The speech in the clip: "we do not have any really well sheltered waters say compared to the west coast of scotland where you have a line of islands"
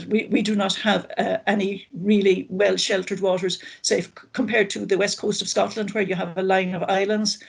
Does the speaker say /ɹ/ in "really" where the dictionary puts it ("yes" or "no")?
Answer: yes